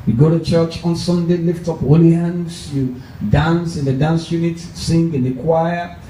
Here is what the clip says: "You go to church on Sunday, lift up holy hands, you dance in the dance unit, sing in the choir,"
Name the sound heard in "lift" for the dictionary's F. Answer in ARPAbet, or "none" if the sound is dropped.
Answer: F